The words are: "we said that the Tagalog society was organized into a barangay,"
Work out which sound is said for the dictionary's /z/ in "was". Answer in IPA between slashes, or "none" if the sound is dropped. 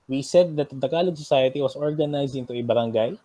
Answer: /s/